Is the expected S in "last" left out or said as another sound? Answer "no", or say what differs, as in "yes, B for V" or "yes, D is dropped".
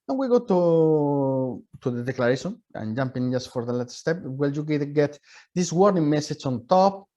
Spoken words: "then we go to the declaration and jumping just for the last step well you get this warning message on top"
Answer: yes, S is dropped